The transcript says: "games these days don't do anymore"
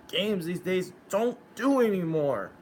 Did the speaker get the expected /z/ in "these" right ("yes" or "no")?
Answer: yes